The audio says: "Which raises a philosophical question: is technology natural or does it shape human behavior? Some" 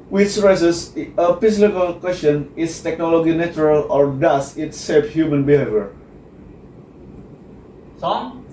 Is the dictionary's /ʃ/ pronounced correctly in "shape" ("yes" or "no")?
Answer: no